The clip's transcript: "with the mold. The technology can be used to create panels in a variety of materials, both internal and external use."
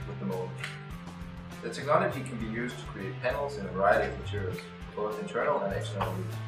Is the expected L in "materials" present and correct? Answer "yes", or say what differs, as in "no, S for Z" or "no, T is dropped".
no, L is dropped